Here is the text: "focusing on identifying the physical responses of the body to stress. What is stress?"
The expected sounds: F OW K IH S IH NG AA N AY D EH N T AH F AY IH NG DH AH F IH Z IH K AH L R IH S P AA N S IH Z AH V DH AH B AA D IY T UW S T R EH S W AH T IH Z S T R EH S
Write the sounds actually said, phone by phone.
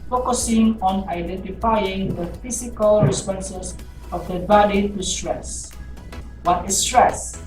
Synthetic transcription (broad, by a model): F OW K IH S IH NG AA N AY D EH N T AH F AY IH NG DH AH F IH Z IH K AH L R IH S P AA N S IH S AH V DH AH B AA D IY T UW S T R EH S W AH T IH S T R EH S